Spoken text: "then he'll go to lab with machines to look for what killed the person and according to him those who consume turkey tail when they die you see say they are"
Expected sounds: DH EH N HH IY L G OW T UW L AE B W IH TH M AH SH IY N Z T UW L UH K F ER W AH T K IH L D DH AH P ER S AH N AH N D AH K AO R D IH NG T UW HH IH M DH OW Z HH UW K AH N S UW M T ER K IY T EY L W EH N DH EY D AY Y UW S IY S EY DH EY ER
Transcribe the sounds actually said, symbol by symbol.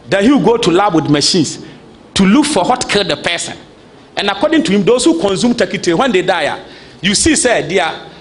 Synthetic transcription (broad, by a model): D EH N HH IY W G OW T UW L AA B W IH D M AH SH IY N S T UW L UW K F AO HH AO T K IH L D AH P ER S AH N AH N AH K AO D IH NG T UW HH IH M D OW S HH UW K AH N S UW M T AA K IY T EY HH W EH N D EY D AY Y UW S IY S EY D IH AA